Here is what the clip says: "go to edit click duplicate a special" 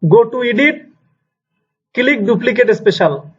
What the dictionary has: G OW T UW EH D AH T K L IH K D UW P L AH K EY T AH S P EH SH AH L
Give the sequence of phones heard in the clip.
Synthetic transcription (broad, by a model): G OW T UW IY D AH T K L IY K D UW P L AH K EY T AH S P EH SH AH L